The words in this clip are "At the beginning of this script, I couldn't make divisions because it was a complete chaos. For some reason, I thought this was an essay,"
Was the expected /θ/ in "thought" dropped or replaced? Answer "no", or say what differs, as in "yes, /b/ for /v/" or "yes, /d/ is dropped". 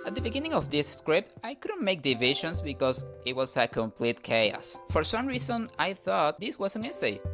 no